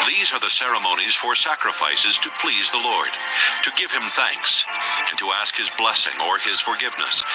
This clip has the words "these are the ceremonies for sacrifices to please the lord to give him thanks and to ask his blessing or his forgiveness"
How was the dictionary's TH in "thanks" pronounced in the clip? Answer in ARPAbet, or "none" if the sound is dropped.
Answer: TH